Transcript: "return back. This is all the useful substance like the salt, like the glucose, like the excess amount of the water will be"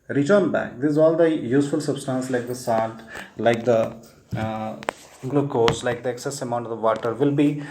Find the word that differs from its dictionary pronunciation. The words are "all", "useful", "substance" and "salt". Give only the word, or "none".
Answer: salt